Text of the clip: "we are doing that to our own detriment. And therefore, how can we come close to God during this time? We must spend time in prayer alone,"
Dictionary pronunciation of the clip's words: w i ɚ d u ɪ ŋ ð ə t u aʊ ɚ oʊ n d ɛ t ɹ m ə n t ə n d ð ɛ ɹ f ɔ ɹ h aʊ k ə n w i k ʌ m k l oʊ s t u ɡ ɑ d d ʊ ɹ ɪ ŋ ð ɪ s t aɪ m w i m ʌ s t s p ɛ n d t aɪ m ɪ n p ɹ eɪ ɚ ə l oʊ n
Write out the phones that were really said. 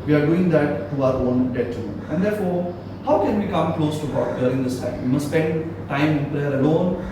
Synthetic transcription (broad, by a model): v i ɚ d u ɪ ŋ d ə t u aʊ ɚ oʊ n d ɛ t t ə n ə n d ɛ ɹ f ɔ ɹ h aʊ k ə n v i k ʌ m k l oʊ s t u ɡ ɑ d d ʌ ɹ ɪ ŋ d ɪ s t aɪ m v i m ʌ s s p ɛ n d t aɪ m ɪ n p l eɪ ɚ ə l oʊ n